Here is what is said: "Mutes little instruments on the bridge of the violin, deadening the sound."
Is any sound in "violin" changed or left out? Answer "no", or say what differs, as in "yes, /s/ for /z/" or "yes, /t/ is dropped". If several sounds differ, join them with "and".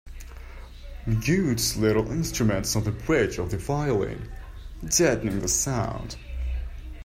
yes, /f/ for /v/